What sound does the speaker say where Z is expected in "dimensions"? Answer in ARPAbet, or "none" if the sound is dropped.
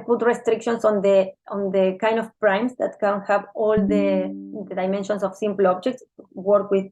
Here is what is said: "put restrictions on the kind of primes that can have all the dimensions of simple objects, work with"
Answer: S